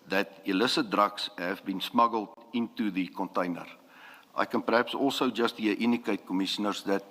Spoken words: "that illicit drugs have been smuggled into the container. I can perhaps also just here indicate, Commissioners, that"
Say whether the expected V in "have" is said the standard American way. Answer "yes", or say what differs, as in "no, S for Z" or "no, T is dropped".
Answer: yes